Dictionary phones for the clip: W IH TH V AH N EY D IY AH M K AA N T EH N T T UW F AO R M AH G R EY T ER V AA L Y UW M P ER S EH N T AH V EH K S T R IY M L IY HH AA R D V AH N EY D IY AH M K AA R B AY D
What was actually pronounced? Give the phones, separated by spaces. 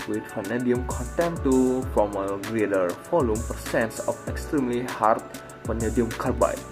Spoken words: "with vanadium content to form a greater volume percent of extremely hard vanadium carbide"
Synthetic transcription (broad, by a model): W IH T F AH N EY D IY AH M K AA N T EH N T T UW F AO M AH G R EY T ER F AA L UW M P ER S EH N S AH F EH K S T R IY M L IY HH AA R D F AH N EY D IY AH M K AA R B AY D